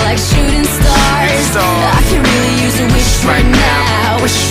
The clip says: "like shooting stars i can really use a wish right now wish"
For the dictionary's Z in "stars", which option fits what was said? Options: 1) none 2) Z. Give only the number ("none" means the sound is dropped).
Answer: 1